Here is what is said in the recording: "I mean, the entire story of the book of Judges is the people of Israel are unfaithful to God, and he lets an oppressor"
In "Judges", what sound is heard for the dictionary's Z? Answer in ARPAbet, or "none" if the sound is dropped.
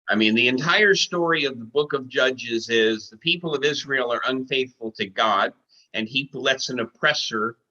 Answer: Z